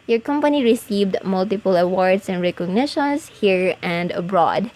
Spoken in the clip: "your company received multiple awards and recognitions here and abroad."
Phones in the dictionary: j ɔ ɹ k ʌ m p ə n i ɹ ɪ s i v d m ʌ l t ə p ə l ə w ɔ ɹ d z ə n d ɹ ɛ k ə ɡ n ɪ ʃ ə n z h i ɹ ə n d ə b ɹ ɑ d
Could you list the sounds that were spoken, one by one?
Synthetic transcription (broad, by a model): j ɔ ɹ k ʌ m p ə n i ɹ ɪ s i v d m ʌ l t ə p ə l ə w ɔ ɹ d s ə n d ɹ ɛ k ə ɡ n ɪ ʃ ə n s h i ɹ ə n d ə b ɹ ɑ d